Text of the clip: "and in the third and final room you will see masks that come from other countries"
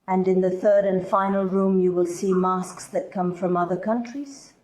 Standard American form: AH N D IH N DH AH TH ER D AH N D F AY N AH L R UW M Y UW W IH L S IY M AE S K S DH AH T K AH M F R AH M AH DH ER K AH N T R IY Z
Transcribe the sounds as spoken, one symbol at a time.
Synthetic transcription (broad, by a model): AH N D IH N DH AH TH ER D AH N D F AY N AH L R UW M Y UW W IH L S IY M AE S K S DH AH T K AH M F R AH M AH DH ER K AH N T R IY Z